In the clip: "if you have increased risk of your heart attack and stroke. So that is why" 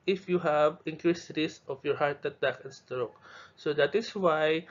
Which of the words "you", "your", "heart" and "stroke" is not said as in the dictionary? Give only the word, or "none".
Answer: none